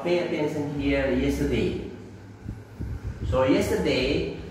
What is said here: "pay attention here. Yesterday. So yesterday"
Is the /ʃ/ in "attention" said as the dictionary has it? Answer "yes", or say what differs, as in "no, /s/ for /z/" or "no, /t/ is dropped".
no, /s/ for /ʃ/